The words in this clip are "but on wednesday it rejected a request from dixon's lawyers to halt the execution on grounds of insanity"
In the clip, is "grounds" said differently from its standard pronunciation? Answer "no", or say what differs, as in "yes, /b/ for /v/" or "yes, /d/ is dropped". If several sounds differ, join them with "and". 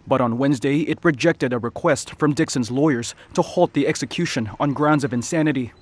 no